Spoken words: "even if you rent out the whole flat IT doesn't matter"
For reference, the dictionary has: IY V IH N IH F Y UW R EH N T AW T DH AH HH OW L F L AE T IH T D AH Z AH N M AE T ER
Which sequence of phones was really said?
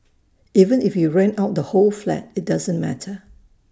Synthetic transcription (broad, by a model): IY V IH N IH F Y UW R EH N AW T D AH HH OW L F L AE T IH T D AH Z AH N M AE T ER